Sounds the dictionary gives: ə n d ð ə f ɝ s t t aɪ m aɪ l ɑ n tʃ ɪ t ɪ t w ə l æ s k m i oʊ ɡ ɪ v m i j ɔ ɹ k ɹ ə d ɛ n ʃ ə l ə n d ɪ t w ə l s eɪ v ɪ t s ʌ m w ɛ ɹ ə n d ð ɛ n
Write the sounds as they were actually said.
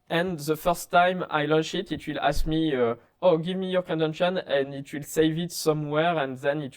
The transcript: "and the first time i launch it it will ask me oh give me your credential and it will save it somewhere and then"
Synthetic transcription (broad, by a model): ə n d ð ə f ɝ s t t aɪ m aɪ l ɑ n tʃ ɪ t ɪ t w ə l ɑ s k m i oʊ ɡ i v m i j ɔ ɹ k ə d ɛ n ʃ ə n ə n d ɪ t w ə l s eɪ v ɪ t s ʌ m w ɛ ɹ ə n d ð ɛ n